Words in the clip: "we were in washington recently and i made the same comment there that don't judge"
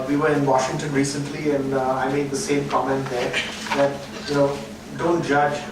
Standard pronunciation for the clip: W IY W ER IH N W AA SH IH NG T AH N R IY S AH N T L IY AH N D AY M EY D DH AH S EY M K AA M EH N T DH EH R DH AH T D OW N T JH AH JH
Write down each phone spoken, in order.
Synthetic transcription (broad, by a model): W IY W ER IH N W AA SH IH NG T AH N R IY S AH N T L IY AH N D AY M EY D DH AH S EY M K AA M EH N T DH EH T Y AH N D OW N T JH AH JH